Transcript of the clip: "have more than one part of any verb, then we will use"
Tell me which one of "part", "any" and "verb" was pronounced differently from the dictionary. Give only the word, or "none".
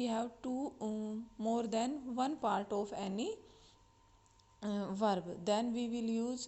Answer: none